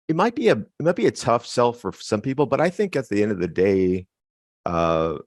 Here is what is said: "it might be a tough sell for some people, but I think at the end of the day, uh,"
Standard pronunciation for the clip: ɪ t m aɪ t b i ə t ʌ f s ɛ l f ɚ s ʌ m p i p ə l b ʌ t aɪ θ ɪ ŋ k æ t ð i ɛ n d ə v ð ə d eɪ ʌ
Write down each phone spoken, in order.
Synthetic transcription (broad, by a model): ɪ t m aɪ t b i ə t ʌ f s ɛ l f ɚ s ʌ m p i p l b ʌ t aɪ θ ɪ ŋ k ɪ t ð i ɛ n d ə v ð ə d eɪ ʌ